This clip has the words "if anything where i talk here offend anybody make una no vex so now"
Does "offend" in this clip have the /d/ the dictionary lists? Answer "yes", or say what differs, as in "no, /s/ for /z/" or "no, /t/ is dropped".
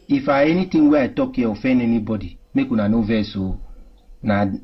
no, /d/ is dropped